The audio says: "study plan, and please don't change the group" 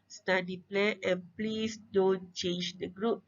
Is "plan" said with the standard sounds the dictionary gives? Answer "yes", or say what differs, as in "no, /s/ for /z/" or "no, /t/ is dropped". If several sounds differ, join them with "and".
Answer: no, /n/ is dropped